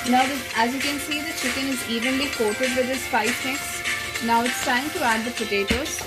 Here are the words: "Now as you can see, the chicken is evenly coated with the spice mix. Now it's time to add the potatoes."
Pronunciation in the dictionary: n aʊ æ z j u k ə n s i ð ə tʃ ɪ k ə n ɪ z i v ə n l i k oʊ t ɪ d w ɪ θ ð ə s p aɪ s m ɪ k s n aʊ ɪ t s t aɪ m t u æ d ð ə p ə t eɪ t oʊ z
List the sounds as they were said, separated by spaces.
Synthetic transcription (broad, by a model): n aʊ æ z j u k ə n s i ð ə tʃ ɪ k ə n ɪ z i v ə n l i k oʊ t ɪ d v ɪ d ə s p aɪ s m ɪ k s n aʊ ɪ t s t aɪ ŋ t u æ d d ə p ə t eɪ t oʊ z